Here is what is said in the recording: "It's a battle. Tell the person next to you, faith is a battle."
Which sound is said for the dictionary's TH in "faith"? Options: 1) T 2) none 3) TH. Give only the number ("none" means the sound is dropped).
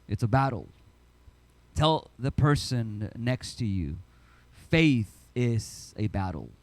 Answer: 3